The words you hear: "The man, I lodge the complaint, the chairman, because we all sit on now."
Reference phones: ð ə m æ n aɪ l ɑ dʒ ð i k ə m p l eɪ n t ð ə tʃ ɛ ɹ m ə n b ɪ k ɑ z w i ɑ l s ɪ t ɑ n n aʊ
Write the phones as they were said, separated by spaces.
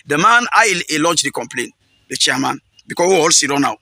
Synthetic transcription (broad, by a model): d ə m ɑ n aɪ l ɑ dʒ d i k ə m p l eɪ n t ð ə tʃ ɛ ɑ m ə n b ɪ k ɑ w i ɑ l s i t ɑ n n aʊ